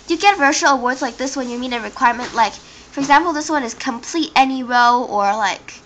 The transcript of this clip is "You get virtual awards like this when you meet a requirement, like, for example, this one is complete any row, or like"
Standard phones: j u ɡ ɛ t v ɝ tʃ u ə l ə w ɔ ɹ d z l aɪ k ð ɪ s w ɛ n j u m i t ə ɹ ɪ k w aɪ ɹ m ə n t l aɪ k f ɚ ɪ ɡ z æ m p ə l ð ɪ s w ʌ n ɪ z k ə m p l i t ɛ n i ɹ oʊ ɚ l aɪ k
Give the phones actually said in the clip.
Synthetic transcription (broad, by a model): j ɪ ɡ ɛ t v ɝ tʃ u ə l ə w ɔ ɹ d z l aɪ k ð ɪ s w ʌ n j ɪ m i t ə ɹ ɪ k w aɪ ɹ m ə n t l aɪ k f ɚ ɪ ɡ z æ m p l ð ɪ s w ʌ n ɪ z k ə m p l i t ɛ n i ɹ oʊ ɚ l aɪ k